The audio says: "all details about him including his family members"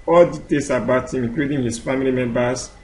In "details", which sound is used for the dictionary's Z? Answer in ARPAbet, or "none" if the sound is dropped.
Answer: S